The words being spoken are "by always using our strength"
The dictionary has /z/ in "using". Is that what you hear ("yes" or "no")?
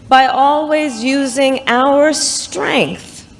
yes